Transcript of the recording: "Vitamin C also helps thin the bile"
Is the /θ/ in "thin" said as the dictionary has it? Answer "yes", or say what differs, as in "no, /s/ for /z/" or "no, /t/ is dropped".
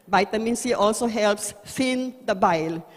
no, /f/ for /θ/